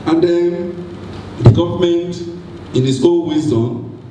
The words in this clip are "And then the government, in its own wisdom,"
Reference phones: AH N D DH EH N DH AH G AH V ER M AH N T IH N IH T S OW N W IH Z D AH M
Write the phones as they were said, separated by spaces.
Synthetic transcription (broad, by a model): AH N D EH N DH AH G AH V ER M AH N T IH N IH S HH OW L W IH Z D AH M